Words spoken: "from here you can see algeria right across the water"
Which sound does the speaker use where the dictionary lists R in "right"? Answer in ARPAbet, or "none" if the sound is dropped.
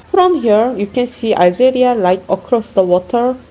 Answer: L